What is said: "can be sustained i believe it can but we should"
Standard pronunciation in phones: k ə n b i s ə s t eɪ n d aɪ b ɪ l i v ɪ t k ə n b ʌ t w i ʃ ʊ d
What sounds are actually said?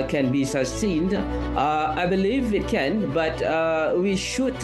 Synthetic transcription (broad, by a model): k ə n b i s ə s t eɪ n d aɪ b ɪ l i v ɪ t k ə n b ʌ t w i ʃ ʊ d